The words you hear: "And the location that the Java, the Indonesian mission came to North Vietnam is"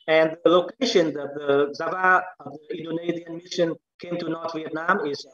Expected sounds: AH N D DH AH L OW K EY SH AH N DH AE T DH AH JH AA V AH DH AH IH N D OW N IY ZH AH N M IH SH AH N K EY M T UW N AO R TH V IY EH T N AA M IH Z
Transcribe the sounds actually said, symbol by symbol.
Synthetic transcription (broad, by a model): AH N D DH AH L OW K EY SH AH N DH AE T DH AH Z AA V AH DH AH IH N D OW N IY Z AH N M IH SH AH N K EY M T UW N AO R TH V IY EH T N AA M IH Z